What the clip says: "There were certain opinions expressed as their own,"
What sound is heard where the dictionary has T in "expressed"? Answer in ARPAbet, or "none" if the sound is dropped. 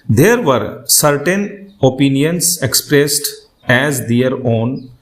T